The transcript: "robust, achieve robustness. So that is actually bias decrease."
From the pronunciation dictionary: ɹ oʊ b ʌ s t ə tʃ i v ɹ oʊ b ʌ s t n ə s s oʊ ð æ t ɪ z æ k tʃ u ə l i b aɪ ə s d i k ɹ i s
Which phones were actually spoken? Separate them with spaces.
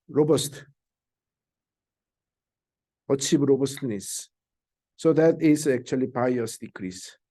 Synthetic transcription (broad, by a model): ɹ oʊ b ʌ s t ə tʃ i b ɹ oʊ b ʌ s t n ə s s oʊ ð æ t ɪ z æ k tʃ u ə l i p aɪ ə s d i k ɹ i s